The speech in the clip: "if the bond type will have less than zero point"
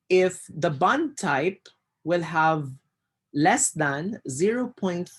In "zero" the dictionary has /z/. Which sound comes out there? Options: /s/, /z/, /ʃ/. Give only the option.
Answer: /z/